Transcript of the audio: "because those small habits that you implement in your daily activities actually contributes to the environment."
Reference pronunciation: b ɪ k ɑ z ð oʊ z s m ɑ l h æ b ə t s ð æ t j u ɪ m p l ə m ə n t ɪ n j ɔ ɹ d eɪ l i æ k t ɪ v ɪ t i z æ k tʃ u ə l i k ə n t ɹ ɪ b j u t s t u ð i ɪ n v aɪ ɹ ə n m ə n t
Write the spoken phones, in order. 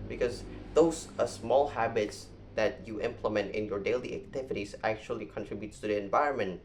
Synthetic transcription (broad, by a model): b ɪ k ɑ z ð oʊ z s m ɑ l h æ b ə t s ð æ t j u ɪ m p l ə m ə n t ɪ n j ɔ ɹ d eɪ l i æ k t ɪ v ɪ t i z æ k tʃ u ə l i k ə n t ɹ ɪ b j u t t u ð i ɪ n v aɪ ɹ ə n m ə n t